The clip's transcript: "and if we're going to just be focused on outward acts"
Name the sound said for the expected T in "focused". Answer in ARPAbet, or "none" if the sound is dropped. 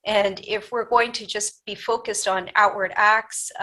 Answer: T